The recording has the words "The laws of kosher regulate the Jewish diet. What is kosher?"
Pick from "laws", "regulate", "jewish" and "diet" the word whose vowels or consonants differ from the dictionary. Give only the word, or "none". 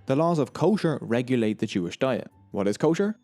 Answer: none